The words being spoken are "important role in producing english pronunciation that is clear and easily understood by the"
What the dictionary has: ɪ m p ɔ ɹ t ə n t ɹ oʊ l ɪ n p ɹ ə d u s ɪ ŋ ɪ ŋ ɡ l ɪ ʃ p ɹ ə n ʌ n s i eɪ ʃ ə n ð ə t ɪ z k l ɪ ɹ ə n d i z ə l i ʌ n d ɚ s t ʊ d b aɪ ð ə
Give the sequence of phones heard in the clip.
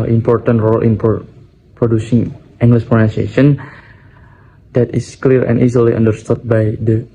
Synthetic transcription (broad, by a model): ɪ m p ɔ ɹ t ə n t ɹ oʊ l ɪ n p ɹ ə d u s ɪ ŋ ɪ ŋ ɡ l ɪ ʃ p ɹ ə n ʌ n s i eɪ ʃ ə n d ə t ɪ s k l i ɹ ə n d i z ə l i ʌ n d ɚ s t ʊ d b aɪ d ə